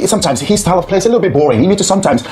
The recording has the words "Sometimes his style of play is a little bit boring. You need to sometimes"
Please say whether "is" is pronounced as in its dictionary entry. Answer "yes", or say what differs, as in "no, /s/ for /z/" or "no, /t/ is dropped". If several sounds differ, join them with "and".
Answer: no, /s/ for /z/